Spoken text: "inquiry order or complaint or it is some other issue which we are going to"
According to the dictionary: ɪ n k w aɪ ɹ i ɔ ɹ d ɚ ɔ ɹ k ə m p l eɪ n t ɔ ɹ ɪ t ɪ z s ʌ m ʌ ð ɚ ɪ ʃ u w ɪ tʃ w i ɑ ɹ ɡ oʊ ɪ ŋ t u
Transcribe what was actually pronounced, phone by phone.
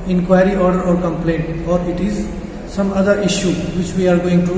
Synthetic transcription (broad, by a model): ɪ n k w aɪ ɹ i ɔ ɹ d ɚ ɔ ɹ k ə m p l eɪ n t ɔ ɹ ɪ t ɪ z s ʌ m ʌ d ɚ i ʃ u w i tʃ w i ɑ ɹ ɡ oʊ ɪ ŋ t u